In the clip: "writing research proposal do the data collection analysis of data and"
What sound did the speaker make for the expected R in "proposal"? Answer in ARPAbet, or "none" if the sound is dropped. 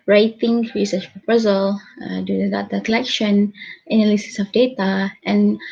R